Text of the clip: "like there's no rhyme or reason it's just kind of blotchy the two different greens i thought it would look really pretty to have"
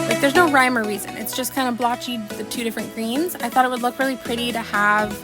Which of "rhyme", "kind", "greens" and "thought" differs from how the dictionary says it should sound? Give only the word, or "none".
none